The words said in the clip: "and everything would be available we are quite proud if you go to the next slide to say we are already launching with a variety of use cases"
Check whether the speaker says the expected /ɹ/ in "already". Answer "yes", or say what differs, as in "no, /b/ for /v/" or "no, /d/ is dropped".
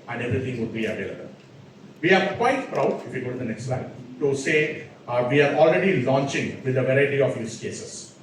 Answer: yes